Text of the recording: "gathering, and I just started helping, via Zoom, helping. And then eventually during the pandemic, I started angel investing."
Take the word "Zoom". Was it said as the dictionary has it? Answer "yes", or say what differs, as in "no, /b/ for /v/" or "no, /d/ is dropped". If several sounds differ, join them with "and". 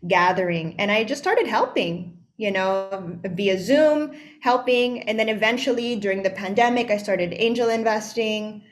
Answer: yes